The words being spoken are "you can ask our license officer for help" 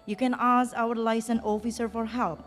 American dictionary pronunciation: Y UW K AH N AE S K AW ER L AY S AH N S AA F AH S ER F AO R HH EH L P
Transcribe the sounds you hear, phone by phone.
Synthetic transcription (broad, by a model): Y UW K AH N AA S AW ER L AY S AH N AA F AH S ER F AO R HH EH L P